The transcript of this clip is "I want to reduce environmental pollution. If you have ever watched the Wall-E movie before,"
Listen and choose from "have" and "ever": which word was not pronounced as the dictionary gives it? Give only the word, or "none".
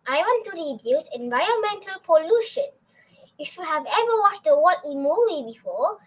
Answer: none